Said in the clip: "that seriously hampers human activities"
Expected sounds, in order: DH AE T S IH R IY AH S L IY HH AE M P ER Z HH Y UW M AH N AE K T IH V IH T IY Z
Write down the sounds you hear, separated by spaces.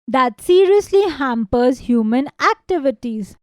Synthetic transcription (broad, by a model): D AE T S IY R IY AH S L IY HH AE M P ER Z HH Y UW M AH N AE K T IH V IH T IY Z